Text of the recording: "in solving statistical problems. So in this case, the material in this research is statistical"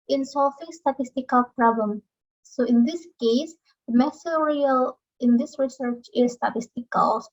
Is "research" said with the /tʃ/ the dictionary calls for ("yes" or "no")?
yes